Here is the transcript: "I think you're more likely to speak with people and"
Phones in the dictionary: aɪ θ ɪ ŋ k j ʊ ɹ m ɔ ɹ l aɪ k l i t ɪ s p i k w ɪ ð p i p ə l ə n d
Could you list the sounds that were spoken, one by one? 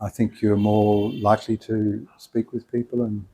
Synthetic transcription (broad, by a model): aɪ θ ɪ ŋ k j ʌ ɹ m ɔ ɹ l aɪ k l i t ɪ s p i k w ɪ ð p i p ə l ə n